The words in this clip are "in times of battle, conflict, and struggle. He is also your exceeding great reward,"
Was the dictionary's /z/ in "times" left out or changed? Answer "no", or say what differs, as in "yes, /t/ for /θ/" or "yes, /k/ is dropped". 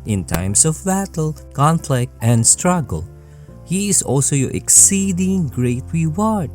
yes, /s/ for /z/